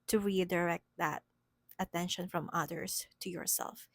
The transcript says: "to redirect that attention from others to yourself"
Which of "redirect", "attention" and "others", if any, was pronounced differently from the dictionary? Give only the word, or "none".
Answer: others